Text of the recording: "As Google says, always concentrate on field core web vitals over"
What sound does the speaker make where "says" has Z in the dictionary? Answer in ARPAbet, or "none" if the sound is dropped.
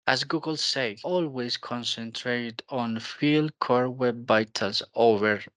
none